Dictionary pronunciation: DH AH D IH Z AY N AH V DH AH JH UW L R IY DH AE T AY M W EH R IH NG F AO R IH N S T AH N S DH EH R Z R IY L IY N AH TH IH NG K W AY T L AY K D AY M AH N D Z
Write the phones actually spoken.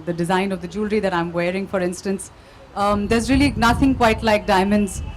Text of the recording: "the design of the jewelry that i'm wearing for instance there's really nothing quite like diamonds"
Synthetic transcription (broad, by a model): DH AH D IH Z AY N AH V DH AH JH UW L R IY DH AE T AY M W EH R IH NG F AO R IH N S T AH N S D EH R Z R IY L IY N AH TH IH NG K W AY T L AY K D AY M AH N D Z